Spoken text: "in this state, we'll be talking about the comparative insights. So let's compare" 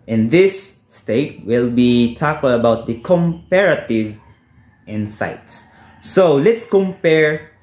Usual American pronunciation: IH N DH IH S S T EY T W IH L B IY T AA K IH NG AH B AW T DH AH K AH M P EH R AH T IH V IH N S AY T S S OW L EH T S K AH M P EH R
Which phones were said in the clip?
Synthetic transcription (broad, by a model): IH N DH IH S S T EY T W IH L B IY T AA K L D AH B AW T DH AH K AH M P EH R AH T IH V IH N S AY T S S OW L EH T S K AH M P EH R